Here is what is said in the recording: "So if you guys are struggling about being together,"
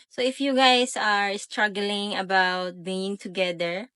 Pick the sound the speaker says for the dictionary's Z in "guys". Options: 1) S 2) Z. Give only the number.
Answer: 1